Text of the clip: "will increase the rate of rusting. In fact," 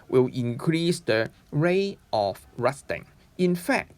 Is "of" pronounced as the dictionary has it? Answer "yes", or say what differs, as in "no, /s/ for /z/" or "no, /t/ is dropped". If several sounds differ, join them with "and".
no, /f/ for /v/